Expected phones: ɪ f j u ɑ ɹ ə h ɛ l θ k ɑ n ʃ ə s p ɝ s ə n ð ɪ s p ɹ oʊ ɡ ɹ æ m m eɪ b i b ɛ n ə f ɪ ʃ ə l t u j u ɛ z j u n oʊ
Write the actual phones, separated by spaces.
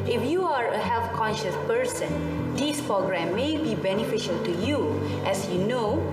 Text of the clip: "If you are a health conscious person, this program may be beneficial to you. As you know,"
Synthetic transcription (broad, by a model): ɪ f j u ɑ ɹ ə h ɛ l f k ɑ n ʃ ə s p ɝ s ə n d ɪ s p ɹ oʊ ɡ ɹ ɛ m m eɪ b i b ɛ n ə f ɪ ʃ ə l t u j u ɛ s j u n oʊ